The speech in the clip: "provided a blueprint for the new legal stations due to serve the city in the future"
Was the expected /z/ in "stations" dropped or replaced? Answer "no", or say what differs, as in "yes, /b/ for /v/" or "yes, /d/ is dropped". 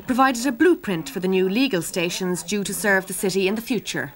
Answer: no